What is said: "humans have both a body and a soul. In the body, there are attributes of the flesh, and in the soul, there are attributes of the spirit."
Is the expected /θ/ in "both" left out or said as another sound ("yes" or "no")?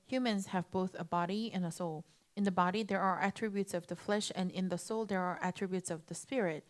no